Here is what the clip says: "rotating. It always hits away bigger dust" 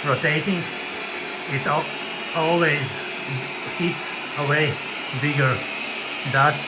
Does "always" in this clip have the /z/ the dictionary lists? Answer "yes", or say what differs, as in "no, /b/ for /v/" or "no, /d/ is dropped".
yes